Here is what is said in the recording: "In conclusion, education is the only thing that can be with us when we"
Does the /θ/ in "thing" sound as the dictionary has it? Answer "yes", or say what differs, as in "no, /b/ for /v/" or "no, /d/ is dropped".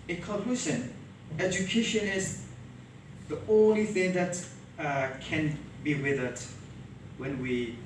yes